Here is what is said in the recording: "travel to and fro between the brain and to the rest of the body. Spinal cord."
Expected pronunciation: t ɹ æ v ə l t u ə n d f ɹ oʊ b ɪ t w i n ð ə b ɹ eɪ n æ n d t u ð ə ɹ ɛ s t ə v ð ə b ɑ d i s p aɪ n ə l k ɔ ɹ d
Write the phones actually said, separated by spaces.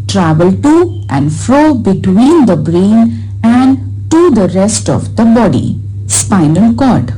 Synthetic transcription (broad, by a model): t ɹ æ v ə l t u ə n d f ɹ oʊ b ɪ t w i n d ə b ɹ eɪ n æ n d t u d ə ɹ ɛ s t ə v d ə b ɑ d i s p aɪ n ə l k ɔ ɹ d